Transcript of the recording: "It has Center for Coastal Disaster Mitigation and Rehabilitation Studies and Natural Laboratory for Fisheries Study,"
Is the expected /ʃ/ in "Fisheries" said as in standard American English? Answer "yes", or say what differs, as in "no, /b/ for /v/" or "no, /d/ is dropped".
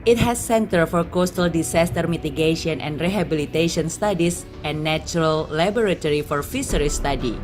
no, /s/ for /ʃ/